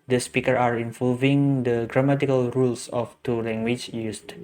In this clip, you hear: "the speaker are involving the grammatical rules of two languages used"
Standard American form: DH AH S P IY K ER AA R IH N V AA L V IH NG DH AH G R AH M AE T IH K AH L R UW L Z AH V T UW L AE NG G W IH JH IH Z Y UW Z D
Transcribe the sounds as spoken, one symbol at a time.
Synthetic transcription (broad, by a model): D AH S P IY K ER AA R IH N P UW V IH NG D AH G R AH M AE T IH K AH L R UW L S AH F T UW L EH NG G W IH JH Y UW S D